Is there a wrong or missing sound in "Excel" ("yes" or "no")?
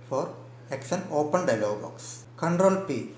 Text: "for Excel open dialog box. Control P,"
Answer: yes